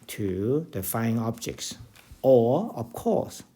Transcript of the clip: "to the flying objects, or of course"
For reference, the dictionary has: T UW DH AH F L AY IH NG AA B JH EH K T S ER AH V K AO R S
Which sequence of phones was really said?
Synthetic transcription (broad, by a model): T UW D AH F AY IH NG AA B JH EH K T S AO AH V K AO S